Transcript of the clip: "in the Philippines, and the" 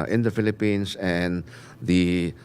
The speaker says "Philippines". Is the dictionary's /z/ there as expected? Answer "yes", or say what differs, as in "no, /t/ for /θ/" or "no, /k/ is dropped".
no, /s/ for /z/